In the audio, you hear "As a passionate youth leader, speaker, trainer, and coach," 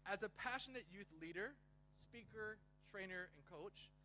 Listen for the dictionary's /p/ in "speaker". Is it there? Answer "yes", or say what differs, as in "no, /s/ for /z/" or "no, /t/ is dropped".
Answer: yes